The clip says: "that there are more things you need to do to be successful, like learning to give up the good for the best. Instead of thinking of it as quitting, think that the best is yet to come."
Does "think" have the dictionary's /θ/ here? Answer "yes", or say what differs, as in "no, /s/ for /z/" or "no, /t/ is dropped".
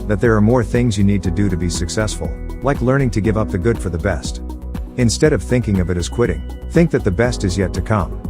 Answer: yes